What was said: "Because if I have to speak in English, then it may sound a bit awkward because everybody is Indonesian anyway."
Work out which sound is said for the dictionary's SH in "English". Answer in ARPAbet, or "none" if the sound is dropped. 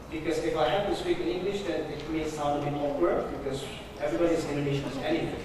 SH